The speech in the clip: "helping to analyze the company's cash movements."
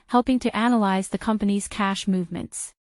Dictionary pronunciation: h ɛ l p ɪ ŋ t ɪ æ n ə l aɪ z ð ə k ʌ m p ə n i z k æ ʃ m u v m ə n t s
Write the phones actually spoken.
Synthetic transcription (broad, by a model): h ɛ l p ɪ ŋ t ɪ æ n ə l aɪ z ð ə k ʌ m p ə n i z k æ ʃ m u v m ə n t s